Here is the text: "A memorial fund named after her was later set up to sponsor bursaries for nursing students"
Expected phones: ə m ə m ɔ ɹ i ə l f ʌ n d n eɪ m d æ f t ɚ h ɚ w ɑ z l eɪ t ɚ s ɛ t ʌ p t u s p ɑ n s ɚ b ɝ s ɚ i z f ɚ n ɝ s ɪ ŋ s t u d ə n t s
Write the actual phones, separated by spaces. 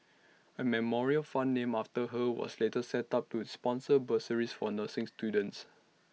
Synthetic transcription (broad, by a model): ə m ə m ɔ ɹ i ə l f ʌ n n eɪ m ɑ f t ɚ h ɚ w ɑ s l eɪ t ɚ s ɛ t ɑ p t u s p ɑ n s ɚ b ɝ s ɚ i s f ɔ n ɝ s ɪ ŋ s t u d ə n t s